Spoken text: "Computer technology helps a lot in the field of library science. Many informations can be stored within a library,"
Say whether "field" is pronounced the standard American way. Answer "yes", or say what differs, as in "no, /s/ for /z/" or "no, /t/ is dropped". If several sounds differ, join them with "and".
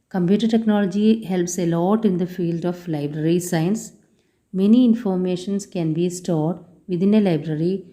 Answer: yes